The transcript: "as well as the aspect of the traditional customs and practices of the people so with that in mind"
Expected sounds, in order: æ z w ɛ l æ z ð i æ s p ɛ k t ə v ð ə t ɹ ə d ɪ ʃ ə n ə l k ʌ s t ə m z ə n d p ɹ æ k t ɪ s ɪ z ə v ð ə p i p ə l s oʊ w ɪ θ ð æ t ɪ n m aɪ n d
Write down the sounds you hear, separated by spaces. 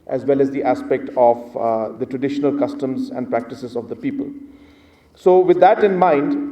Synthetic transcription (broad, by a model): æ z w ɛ l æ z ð i æ s p ɛ k t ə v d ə t ɹ ə d ɪ ʃ ə n ə l k ʌ s t ə m z ə n d p ɹ æ k t ɪ s ɪ z ə v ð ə p i p ə l s oʊ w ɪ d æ t ɪ n m aɪ n d